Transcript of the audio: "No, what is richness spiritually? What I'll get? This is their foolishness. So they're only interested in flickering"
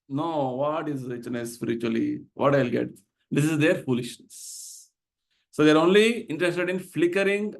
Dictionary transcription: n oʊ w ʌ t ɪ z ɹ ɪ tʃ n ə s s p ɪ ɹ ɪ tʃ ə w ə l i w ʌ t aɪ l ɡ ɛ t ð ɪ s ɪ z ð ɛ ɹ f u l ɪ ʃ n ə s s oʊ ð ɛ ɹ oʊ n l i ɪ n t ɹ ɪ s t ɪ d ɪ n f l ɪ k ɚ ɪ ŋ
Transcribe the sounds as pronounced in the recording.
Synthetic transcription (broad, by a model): n oʊ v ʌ t ɪ z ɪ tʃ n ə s s p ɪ ɹ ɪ tʃ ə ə l i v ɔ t aɪ l ɡ ɛ t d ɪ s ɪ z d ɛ ɹ f u l ɪ ʃ n ə s s oʊ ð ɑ ɹ oʊ n l i ɪ n t ɹ ɪ s t ɪ d ɪ n f l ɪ k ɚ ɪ ŋ